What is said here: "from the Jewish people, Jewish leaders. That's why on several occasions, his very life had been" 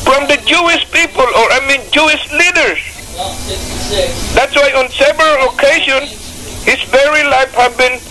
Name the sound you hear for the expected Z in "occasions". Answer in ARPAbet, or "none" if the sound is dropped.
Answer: none